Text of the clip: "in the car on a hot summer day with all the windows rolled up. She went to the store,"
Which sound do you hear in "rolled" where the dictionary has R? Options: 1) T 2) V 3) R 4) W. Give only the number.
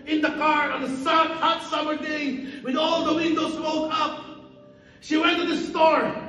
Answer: 4